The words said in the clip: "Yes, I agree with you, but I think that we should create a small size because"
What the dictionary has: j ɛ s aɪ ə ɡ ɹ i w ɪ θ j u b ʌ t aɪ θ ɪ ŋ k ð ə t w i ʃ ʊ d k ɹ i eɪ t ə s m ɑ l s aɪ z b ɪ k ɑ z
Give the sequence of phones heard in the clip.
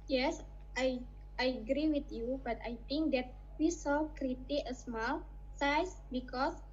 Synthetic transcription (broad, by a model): j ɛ s aɪ ə ɡ ɹ i w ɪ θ j u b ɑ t aɪ t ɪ ŋ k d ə t w i s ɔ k ɹ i t ə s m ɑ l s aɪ s b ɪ k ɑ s